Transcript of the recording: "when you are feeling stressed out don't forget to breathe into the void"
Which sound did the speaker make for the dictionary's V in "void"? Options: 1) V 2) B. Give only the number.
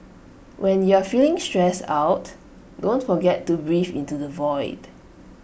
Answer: 1